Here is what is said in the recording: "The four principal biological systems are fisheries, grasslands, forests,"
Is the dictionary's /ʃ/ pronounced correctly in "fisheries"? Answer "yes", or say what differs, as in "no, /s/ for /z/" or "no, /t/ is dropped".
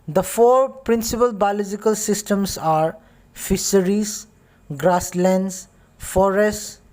no, /s/ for /ʃ/